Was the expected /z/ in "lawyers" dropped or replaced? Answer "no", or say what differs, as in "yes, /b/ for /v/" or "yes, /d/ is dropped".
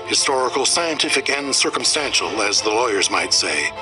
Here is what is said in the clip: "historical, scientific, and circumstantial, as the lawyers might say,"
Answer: no